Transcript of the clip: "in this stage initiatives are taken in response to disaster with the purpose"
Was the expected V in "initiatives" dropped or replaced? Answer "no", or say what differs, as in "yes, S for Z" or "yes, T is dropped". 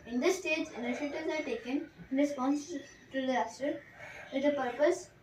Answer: yes, V is dropped